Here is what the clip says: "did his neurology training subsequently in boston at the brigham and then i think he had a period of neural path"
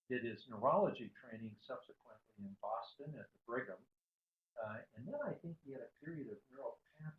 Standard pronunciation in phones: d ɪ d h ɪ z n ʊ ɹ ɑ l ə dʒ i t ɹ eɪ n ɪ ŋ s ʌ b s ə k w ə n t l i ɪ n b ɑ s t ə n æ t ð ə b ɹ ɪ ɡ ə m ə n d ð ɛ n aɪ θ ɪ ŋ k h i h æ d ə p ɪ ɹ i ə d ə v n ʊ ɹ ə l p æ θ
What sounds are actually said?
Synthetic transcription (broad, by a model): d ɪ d ɪ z n ʊ ɹ ɑ l ə dʒ i t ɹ eɪ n ɪ ŋ s ʌ b s ə k w ə n t l i ɪ n b ɑ s t ə n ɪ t ð ə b ɹ ɪ ɡ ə m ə n ð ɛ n aɪ θ ɪ ŋ k h i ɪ d ə p ɪ ɹ i ə d ə v n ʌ ɹ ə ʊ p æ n